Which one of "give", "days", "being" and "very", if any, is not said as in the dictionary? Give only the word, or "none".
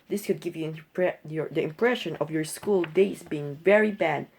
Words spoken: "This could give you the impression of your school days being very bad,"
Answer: days